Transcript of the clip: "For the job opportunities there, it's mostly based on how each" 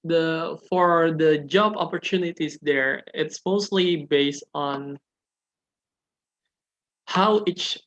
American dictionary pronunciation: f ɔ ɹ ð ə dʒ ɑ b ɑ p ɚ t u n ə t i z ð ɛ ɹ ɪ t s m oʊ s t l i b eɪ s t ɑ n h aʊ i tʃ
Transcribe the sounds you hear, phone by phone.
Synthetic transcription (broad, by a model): f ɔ ɹ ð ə dʒ ɑ b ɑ p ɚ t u n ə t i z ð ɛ ɹ ɪ t s m oʊ s t l i b eɪ s t ɑ n h aʊ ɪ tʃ